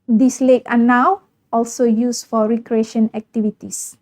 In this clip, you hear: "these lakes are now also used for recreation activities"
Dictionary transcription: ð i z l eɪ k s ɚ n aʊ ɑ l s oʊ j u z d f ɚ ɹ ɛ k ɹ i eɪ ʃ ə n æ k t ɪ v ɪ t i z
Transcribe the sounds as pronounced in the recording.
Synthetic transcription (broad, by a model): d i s l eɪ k ɑ n aʊ ɑ l s oʊ j u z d f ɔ ɹ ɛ k ɹ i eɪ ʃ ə n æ k t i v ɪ t i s